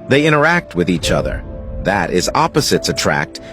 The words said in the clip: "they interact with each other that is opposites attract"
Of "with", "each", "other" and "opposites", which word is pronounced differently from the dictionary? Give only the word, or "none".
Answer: none